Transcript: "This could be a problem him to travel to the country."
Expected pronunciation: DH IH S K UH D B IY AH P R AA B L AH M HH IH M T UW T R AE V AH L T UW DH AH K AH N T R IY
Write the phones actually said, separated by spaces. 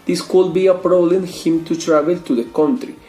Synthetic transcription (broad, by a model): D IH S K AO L B IY AH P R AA L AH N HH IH M T UW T R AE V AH L T UW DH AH K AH N T R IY